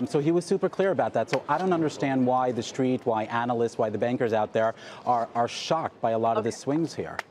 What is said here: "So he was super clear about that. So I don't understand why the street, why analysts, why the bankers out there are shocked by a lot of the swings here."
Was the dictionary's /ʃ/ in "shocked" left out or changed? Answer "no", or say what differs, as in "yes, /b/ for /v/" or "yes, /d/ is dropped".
no